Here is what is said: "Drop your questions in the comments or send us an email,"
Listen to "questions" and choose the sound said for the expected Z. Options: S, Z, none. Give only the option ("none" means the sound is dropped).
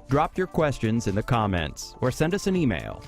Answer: Z